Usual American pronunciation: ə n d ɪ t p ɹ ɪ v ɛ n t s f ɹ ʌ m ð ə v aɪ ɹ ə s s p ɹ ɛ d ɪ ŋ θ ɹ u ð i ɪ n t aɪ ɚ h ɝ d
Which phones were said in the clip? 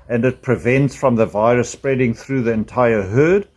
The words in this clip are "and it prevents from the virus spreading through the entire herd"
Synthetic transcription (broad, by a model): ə n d ɪ t p ɹ ɪ v ɛ n t s f ɹ ʌ m ð ə v aɪ ɹ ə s s p ɹ ɛ d ɪ ŋ θ ɹ u ð i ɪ n t aɪ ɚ h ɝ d